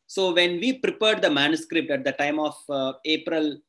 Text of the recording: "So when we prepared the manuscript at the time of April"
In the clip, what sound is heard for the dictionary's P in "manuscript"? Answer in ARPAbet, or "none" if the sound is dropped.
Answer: P